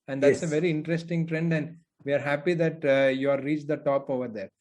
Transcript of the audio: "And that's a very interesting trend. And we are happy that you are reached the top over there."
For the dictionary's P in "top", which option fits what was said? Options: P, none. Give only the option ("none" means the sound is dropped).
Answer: P